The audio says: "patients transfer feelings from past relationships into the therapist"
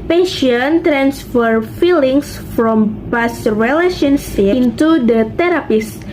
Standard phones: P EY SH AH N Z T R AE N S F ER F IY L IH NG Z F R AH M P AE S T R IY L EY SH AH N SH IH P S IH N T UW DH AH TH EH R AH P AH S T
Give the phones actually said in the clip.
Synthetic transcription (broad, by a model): P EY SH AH N T R AE N S F ER F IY L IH NG S F R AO M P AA S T R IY L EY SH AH N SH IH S IH N T UW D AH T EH R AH P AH S